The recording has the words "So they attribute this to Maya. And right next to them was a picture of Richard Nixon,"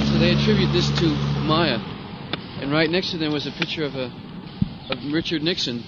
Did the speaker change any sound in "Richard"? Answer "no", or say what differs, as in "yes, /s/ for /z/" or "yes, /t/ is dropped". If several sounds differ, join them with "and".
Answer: no